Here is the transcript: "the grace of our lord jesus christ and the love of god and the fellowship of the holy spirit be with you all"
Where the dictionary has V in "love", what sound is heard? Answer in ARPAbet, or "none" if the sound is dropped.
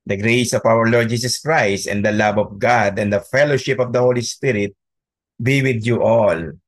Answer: B